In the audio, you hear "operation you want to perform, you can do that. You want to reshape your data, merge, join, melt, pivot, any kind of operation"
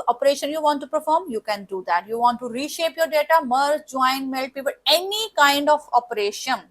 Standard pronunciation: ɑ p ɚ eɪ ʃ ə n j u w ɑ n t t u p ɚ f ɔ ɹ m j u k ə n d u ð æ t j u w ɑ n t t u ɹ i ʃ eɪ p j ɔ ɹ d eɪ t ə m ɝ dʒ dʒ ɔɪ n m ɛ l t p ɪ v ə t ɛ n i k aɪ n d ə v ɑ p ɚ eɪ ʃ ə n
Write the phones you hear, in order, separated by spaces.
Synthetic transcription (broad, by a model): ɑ p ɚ eɪ ʃ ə n j u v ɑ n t t u p ɚ f ɔ ɹ m j u k ə n d u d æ t j u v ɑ n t t u ɹ i ʃ eɪ p j ɔ ɹ d eɪ t ə m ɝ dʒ dʒ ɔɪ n m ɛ l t p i p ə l ɛ n i k aɪ n d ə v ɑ p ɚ eɪ ʃ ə n